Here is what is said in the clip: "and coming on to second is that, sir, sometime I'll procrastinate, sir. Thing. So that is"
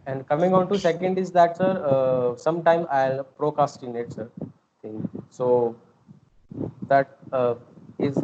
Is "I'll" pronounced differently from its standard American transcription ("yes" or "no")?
no